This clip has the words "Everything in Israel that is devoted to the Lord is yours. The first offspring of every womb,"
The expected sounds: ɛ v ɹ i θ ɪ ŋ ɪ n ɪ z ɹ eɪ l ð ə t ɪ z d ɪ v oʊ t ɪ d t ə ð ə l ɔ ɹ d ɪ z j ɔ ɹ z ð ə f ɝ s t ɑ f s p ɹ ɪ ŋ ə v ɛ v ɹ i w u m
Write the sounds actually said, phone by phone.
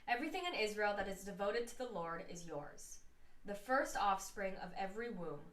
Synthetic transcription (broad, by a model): ɛ v ɹ i θ ɪ ŋ ɪ n ɪ z ɹ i l ð ə t ɪ z d ɪ v oʊ t ɪ d t ə ð ə l ɔ ɹ d ɪ z j ɔ ɹ z ð ə f ɝ s t ɑ f s p ɹ ɪ ŋ ə v ɛ v ɹ i w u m